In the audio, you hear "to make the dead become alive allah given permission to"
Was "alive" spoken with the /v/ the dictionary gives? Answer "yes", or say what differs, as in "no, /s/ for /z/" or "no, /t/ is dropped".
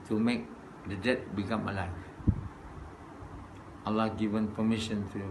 no, /v/ is dropped